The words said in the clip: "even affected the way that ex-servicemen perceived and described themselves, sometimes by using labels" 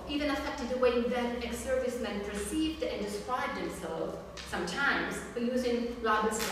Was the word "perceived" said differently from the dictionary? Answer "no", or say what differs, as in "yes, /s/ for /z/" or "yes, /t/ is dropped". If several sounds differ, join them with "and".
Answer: no